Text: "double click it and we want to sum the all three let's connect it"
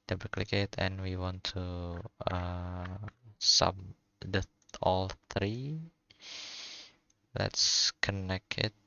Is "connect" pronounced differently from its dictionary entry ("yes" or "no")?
yes